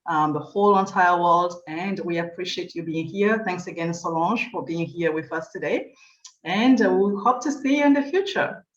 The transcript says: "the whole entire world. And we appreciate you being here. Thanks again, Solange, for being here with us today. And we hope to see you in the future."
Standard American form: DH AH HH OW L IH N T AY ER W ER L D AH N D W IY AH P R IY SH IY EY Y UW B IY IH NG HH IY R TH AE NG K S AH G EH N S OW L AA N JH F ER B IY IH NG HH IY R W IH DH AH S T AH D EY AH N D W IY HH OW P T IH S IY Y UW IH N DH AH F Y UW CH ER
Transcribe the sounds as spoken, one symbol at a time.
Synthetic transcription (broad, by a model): DH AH HH OW L IH N T AY ER W ER L D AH N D W IY AH P R IY SH IY EY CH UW B IY IH NG HH IY R TH AE NG K S AH G EH N S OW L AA N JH F ER B IY IH NG HH IY R W IH DH AH S T AH D EY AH N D W IY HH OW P T IH S IY IH N DH AH F Y UW CH ER